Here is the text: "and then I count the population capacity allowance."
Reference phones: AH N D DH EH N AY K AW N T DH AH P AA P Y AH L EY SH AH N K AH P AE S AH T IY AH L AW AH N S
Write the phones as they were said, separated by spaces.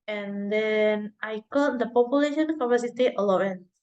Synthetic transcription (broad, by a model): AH N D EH N AY K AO T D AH P AA P Y AH L EY SH AH N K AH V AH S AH T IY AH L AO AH N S